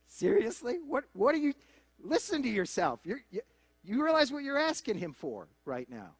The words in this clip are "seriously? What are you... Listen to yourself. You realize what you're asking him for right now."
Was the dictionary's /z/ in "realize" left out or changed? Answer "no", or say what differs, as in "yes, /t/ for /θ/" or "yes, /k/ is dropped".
no